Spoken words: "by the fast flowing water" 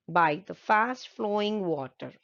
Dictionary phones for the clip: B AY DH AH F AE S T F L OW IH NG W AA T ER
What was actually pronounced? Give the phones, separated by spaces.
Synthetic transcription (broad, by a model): B AY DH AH F AE S T F L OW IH NG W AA T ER